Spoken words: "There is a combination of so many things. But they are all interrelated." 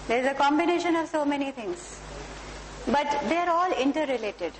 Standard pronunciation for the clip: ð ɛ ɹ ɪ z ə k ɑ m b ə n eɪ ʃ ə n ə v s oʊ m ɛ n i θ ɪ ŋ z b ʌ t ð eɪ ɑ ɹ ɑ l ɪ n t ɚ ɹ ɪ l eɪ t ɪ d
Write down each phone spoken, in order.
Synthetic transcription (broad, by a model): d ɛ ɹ ɪ z ə k ɑ m b ə n eɪ ʃ ə n ə v s oʊ m ɛ n i t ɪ ŋ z b ʌ t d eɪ ɑ ɹ ɑ l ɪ n t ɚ ɹ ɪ l eɪ t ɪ d